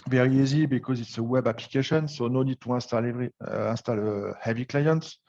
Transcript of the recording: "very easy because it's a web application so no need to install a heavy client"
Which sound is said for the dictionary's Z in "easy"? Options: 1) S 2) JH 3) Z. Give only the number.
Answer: 3